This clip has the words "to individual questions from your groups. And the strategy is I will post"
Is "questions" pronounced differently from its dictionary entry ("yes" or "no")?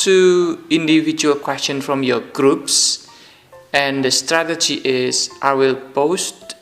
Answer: yes